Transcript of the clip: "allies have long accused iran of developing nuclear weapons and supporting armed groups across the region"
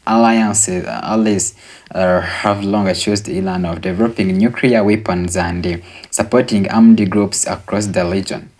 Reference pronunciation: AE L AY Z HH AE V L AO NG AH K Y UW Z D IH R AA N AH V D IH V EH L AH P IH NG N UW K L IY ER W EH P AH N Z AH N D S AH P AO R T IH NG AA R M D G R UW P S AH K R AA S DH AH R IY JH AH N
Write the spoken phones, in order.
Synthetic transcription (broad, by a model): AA L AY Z HH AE V L AO NG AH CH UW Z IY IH L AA N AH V D IH V EH L AH P IH NG N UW K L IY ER W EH P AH N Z AH N D S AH P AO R T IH NG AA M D G R UW P S AH K R AA S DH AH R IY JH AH N